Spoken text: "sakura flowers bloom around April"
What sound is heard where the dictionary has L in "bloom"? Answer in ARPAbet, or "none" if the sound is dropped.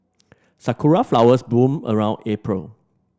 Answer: none